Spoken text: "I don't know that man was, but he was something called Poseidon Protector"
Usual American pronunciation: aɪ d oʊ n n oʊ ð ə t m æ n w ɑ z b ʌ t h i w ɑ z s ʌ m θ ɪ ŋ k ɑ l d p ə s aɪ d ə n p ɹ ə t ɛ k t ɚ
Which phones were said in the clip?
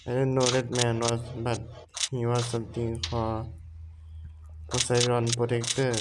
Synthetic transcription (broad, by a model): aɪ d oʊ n n oʊ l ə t m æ n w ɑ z b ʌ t h i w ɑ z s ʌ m t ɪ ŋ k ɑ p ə s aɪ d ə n p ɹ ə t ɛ k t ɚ